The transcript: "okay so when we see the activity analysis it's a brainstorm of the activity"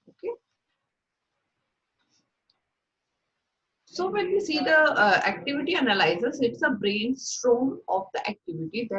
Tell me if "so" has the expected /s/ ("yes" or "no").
yes